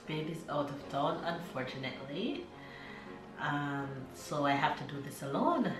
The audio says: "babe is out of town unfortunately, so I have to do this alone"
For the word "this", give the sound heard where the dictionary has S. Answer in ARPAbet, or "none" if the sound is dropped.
S